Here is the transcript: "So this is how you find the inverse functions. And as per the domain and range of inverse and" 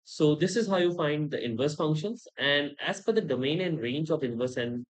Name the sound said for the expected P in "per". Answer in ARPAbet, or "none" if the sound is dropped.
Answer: F